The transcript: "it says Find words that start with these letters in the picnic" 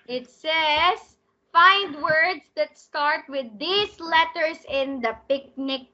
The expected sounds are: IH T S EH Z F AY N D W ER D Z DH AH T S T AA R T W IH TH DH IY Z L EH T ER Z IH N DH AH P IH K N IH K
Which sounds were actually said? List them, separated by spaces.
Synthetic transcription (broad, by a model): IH T S EH S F AY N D W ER D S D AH T S T AA R T W IH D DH IY S L EH T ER S IH N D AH P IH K N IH K